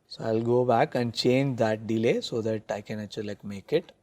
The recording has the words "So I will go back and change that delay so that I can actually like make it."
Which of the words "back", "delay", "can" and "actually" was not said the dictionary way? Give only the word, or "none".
actually